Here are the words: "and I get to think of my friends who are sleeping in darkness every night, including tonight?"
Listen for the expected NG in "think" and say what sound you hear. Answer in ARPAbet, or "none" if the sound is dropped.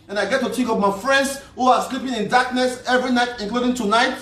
none